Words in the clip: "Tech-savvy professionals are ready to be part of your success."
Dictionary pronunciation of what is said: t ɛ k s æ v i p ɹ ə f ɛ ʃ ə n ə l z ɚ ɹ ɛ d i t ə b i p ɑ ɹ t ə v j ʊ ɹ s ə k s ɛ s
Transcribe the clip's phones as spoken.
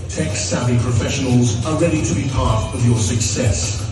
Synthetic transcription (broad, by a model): t ɛ k s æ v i p ɹ ə f ɛ ʃ ə n ə l z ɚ ɹ ɛ d i t ə b i p ɑ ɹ t ə v j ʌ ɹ s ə k s ɛ s